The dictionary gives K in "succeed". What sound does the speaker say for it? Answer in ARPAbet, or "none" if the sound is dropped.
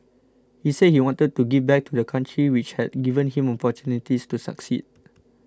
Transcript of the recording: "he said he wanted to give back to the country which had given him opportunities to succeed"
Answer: K